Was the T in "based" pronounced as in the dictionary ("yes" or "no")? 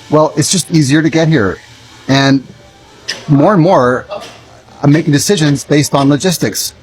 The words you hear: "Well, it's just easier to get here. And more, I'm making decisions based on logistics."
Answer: yes